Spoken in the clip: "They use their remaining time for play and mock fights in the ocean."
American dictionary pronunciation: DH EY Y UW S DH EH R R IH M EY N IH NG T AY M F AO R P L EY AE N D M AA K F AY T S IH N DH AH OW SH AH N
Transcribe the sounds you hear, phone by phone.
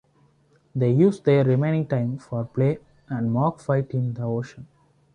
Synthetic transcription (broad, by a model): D EY Y UW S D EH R R IH M EY N IH NG T AY M F AO R P L EY AE N D M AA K F AY T IH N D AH OW SH AH N